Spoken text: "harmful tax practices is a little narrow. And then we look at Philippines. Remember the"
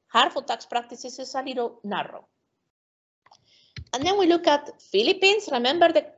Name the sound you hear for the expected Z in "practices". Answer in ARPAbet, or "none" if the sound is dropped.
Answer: S